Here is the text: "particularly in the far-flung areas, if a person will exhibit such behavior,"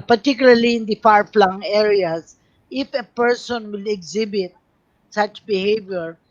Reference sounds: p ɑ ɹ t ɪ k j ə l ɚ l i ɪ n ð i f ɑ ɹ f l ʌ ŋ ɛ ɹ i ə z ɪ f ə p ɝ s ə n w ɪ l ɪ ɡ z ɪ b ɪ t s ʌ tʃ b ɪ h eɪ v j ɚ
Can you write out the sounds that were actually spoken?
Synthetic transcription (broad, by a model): p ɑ ɹ t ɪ k j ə l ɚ l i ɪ n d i f ɑ ɹ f l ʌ ŋ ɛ ɹ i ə s ɪ f ə p ɝ s ə n w ɪ l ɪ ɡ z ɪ b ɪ t s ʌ tʃ b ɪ h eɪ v j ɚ